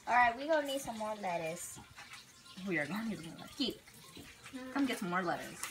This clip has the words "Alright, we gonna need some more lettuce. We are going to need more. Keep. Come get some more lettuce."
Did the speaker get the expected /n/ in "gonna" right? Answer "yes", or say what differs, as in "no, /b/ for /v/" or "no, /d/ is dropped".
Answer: no, /n/ is dropped